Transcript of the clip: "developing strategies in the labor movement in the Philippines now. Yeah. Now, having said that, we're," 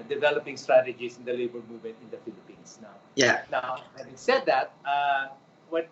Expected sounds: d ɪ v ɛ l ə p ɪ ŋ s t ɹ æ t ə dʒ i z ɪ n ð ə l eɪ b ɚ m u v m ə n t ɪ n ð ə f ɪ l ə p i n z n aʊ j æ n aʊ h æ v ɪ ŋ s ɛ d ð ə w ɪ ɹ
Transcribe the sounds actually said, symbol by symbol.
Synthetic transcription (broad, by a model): d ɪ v ɛ l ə p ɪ ŋ s t ɹ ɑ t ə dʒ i s ɪ n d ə l eɪ b ɚ m u v m ə n t ɪ n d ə f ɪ l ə p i n s n aʊ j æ n aʊ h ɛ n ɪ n s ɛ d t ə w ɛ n